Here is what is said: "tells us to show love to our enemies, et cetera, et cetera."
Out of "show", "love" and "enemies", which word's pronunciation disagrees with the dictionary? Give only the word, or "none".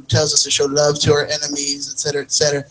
none